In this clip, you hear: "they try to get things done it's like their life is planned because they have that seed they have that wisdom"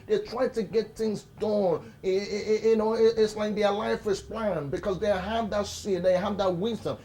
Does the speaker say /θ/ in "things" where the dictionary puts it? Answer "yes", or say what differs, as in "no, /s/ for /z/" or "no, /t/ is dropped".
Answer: yes